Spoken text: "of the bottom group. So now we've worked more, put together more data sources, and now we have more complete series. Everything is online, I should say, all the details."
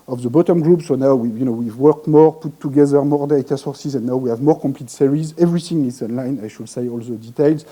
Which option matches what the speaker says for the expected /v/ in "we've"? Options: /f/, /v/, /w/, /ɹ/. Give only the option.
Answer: /w/